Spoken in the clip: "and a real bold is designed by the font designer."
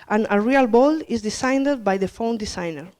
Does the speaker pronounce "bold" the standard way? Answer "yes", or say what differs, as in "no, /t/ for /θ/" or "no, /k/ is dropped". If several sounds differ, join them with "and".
no, /d/ is dropped